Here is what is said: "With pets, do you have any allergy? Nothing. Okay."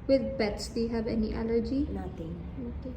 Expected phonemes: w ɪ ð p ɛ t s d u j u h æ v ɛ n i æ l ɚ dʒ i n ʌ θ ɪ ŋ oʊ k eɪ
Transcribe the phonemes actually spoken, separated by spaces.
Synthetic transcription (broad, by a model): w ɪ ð b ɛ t s d u j u h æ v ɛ n i æ l ɚ dʒ i n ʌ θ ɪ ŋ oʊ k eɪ